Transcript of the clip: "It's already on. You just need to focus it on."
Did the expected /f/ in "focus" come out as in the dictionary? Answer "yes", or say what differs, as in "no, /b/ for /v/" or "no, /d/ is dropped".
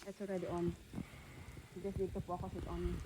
no, /p/ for /f/